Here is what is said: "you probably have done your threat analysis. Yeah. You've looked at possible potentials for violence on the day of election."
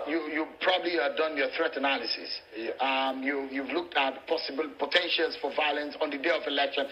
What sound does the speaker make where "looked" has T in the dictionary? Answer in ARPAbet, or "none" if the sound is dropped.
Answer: T